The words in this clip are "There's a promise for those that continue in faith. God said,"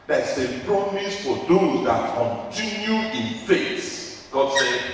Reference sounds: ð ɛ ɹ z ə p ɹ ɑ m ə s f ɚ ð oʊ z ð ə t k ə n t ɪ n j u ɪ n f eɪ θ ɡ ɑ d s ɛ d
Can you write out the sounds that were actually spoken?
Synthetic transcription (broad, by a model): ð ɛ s ə p ɹ ɑ m ə s f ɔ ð oʊ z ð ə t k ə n t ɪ n j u ɪ n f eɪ s ɡ ɑ d s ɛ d